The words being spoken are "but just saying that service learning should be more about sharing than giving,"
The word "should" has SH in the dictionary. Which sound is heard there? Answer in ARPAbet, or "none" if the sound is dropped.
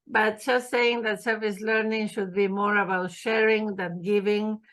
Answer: SH